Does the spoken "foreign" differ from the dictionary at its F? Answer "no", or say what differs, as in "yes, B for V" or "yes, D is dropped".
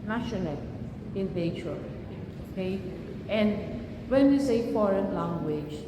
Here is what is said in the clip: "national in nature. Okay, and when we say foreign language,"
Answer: no